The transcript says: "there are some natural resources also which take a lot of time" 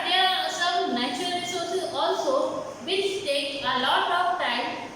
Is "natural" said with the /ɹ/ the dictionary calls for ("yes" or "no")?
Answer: no